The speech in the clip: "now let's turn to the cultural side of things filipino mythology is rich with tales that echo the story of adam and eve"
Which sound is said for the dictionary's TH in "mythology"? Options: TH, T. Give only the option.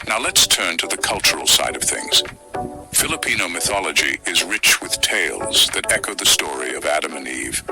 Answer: TH